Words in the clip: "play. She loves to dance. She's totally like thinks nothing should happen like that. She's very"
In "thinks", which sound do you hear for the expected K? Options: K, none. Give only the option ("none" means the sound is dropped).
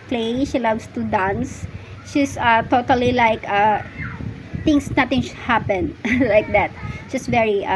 none